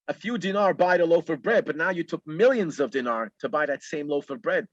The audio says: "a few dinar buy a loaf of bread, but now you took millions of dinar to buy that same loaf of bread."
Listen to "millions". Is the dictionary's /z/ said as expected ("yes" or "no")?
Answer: yes